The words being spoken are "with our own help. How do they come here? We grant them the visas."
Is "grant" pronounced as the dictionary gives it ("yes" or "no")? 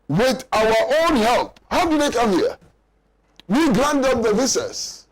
no